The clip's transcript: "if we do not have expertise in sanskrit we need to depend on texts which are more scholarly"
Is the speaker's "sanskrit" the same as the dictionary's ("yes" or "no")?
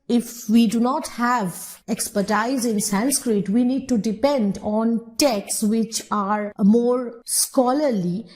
yes